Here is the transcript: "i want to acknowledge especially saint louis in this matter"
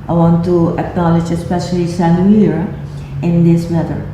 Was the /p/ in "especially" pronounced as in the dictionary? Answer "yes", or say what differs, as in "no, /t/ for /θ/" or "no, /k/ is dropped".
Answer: yes